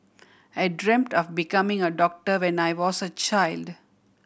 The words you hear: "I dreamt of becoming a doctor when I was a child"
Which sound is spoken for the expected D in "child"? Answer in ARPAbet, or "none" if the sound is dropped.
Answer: D